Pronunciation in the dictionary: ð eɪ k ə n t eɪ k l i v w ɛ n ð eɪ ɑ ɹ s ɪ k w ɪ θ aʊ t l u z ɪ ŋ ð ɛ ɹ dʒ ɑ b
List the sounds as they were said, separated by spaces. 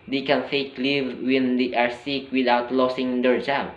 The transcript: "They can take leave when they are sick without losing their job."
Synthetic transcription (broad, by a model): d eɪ k ə n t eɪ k l i v w ɛ n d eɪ ɑ ɹ s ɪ k w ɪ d aʊ t l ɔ s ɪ ŋ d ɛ ɹ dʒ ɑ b